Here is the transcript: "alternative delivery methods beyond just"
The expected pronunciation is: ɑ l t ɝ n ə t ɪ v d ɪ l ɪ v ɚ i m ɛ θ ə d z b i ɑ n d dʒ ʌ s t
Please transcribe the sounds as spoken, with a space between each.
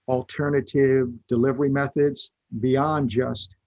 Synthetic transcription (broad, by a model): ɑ l t ɝ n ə t ɪ v d ɪ l ɪ v ɚ i m ɛ θ ə d z b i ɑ n dʒ ʌ s t